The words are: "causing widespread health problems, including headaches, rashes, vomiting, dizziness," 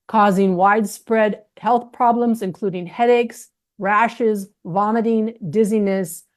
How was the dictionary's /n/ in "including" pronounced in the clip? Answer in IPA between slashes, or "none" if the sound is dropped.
/n/